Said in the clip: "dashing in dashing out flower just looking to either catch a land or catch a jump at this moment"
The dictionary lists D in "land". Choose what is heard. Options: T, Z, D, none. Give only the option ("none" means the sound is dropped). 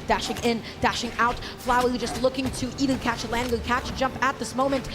none